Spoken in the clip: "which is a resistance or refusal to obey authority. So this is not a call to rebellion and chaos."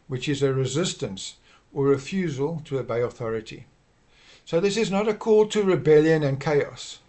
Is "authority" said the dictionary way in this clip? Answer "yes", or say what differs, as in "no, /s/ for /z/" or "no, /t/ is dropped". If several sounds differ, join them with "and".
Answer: yes